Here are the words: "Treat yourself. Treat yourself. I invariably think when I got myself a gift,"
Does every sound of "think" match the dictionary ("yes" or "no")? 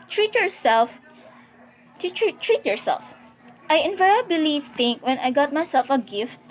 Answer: yes